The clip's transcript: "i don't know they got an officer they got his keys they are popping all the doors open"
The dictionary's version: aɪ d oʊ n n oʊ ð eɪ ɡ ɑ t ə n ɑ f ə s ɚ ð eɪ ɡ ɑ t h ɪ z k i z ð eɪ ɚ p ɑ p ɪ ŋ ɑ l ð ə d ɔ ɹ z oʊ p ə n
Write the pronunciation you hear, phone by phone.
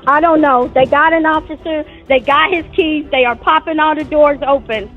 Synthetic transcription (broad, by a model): aɪ d oʊ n n oʊ ð eɪ ɡ ɑ t ə n ɑ f ə s ɚ ð eɪ ɡ ɑ t h ɪ z k i z ð eɪ ɚ p ɑ p ɪ ŋ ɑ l ð ə d ɔ ɹ z oʊ p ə n